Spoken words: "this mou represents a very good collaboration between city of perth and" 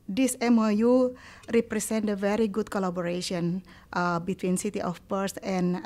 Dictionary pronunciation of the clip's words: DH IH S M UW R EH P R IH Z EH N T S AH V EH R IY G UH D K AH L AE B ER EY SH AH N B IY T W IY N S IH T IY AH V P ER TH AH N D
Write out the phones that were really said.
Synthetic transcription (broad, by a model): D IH S M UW R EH P R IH S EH N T AH V EH R IY G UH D K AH L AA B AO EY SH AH N B IY T W IY N S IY T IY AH F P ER S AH N